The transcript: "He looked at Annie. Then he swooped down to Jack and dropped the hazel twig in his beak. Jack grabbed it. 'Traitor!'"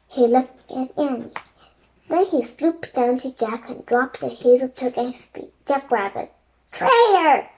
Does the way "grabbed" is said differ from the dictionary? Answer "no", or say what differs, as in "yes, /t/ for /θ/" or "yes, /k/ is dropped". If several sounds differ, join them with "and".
yes, /d/ is dropped